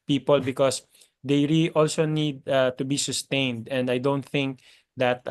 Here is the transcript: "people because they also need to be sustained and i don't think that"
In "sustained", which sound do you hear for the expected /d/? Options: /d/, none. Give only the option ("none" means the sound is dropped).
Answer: /d/